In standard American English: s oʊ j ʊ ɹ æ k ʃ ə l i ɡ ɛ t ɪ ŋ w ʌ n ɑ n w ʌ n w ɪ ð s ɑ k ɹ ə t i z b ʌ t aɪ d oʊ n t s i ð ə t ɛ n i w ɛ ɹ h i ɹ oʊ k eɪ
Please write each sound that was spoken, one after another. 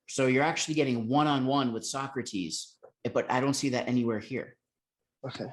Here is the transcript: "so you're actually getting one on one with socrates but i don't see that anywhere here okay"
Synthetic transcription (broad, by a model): s oʊ j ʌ ɹ æ k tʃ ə l i ɡ ɛ t ɪ ŋ w ʌ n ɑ n w ʌ n w ɪ ð s ɑ k ɹ ə t i z b ʌ t aɪ d oʊ n t s i ð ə t ɛ n i w ɛ ɹ h i ɹ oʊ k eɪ